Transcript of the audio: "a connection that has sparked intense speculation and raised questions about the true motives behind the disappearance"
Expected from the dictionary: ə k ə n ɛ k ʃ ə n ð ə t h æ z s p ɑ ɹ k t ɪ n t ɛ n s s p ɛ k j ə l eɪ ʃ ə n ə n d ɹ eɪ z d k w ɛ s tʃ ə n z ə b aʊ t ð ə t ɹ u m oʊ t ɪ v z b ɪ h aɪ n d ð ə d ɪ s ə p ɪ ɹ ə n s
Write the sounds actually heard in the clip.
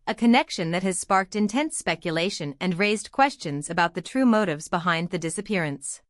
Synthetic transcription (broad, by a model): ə k ə n ɛ k ʃ ə n ð ə t h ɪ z s p ɑ ɹ k t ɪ n t ɛ n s s p ɛ k j ə l eɪ ʃ ə n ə n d ɹ eɪ z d k w ɛ s tʃ ə n z ə b aʊ t ð ə t ɹ u m oʊ t ɪ v z b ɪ h aɪ n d ð ə d ɪ s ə p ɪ ɹ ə n s